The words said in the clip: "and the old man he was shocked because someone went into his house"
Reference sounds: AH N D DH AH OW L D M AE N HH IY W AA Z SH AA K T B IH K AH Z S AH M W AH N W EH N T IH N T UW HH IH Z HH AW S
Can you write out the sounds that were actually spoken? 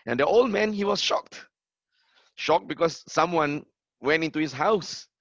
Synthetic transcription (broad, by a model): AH N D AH OW L D M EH N HH IY W AA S SH AA K T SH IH K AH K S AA M W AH N W EH N T IH N T UW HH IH S HH AW S